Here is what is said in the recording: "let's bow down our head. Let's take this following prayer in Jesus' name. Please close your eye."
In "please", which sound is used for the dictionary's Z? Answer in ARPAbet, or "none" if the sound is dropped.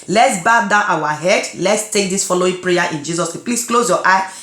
S